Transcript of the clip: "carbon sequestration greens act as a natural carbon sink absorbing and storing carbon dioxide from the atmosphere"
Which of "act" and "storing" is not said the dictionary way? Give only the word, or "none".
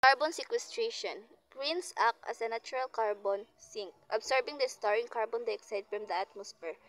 act